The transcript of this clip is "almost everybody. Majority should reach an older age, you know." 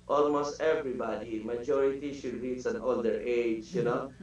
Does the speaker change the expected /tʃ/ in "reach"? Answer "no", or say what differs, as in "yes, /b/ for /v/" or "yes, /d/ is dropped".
yes, /s/ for /tʃ/